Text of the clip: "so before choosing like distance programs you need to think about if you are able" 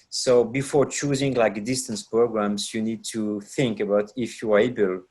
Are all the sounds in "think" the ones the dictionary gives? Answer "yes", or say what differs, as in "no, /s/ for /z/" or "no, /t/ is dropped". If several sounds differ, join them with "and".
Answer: yes